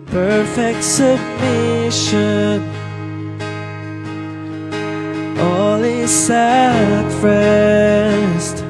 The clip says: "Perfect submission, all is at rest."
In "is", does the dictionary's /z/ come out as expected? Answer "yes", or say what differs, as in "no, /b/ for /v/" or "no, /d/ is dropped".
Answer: no, /s/ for /z/